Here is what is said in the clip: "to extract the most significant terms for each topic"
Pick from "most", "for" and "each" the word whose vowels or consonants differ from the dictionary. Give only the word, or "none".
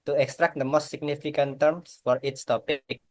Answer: each